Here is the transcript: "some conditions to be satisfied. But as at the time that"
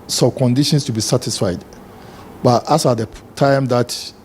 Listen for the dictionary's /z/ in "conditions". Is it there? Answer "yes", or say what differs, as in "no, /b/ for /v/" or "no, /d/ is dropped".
no, /s/ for /z/